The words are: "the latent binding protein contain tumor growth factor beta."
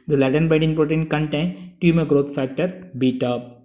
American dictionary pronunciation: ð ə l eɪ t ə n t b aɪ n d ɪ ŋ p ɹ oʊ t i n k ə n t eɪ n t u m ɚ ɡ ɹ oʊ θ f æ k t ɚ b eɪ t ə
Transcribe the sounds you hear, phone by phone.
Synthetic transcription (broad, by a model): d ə l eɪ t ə n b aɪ d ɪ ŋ p ɹ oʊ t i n k ə n t eɪ n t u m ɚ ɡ ɹ oʊ t f æ k t ɚ b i t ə